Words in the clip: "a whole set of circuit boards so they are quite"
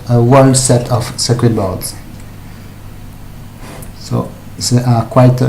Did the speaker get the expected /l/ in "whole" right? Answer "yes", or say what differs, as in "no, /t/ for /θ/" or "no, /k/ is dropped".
no, /n/ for /l/